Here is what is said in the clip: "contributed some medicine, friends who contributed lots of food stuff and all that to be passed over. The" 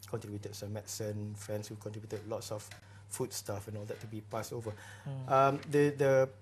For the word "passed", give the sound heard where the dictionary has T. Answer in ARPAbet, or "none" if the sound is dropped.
none